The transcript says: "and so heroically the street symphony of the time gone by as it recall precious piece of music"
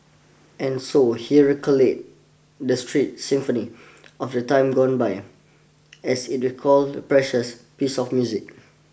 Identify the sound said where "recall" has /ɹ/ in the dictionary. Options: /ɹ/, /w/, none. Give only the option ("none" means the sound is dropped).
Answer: /w/